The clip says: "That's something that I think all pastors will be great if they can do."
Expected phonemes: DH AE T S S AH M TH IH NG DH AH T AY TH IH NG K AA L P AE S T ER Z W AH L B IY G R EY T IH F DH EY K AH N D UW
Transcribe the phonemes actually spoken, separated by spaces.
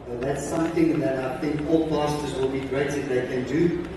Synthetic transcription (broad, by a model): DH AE T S S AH M TH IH NG DH AH T AY TH IH NG K AA L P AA S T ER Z W AH L B IY G R EY T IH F DH EY K AH N D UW